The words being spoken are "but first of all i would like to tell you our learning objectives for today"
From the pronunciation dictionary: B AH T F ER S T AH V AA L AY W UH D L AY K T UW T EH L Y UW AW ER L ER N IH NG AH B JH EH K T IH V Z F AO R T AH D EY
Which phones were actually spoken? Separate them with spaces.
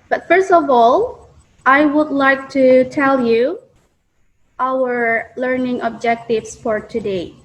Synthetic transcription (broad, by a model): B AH T F ER S T AH V AA L AY W UH D L AY K T UW T EH L Y UW AW ER L ER N IH NG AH B JH EH K T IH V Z F AO R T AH D EY